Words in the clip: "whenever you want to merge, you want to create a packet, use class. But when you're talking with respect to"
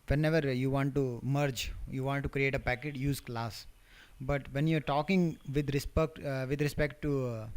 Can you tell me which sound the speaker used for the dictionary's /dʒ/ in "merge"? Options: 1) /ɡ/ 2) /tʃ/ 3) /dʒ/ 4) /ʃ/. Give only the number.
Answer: 3